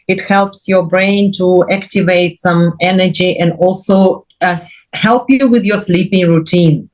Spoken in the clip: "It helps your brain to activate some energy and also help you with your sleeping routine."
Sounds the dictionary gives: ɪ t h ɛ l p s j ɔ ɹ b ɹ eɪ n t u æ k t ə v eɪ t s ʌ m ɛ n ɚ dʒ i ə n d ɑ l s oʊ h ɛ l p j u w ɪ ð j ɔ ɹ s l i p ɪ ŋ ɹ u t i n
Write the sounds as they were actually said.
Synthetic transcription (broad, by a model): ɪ t h ɛ l p s j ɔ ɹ b ɹ eɪ n t u æ k t ə v eɪ t s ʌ m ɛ n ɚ dʒ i ə n d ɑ l s oʊ h ɛ l p j u w ɪ ð j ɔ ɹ s l i p ɪ ŋ ɹ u t i n